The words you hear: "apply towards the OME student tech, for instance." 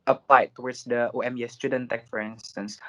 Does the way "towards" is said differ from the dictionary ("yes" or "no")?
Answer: yes